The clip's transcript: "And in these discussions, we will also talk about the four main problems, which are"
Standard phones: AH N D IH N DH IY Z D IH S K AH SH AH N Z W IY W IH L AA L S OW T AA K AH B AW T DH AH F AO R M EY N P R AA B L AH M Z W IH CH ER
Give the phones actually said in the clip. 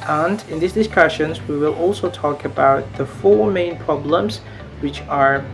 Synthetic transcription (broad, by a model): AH N D IH N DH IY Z D IH S K AH SH AH N Z W IY W IH L AA L S OW T AA K AH B AW T DH AH F AO R M EY N P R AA B L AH M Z W IH CH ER